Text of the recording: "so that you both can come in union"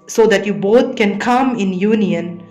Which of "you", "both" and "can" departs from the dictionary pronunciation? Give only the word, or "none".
both